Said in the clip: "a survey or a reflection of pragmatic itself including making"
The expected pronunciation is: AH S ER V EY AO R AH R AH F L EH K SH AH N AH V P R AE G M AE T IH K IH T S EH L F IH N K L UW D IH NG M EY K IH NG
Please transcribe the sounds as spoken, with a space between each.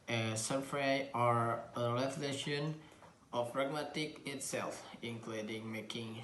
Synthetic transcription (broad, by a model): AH S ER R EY AO R AH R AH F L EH SH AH N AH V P R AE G M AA T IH K IH T S EH L F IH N K L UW D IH NG M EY K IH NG